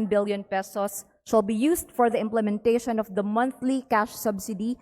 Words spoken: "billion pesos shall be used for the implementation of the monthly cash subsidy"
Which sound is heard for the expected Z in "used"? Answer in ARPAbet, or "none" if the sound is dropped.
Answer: S